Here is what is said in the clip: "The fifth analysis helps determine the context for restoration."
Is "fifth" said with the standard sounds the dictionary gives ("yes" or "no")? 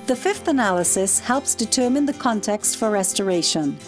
yes